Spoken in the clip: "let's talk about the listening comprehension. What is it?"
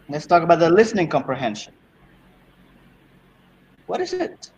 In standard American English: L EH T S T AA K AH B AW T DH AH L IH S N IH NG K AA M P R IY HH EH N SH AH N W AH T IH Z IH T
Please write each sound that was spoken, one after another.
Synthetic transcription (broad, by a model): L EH T S T AA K AH B AW T DH AH L IH S N IH NG K AA M P R IY HH EH N SH AH N W AH T IH Z IH T